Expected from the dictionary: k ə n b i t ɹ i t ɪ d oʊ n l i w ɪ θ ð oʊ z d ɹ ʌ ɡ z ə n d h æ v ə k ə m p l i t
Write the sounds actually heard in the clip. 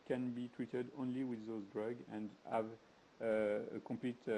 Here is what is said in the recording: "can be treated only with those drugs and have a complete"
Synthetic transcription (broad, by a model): k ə n b i t ɹ i t ɪ d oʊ n l i w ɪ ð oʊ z d ɹ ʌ ɡ ə n d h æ v ə k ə m p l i t